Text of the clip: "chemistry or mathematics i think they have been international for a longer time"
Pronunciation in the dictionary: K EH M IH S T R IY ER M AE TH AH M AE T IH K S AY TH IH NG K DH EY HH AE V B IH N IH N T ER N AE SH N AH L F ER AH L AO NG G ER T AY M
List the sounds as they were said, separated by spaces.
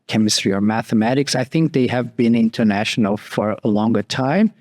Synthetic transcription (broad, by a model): K EH M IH S T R IY ER M AE TH AH M AE T IH K S AY TH IH NG K DH EY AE V B IH N IH N T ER N AE SH N L F ER AH L AO NG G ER T AY M